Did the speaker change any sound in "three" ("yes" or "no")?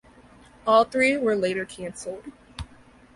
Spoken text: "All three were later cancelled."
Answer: no